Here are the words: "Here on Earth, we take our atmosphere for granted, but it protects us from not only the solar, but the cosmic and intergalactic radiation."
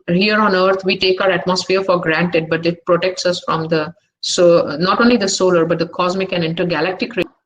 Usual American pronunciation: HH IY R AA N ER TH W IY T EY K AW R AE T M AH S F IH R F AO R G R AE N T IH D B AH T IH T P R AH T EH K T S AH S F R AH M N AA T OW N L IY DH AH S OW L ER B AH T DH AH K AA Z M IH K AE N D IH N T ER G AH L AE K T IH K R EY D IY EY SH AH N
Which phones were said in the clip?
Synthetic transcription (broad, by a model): HH IY R AA N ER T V IY T EY K AW R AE T M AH S F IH R F AO R G R AE N T IH D B AH T IH T P R AH T EH K T S AH S F R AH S N AA T OW N L IY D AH S OW L ER B AH T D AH K AA Z M IH K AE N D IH N T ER G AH L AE K T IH K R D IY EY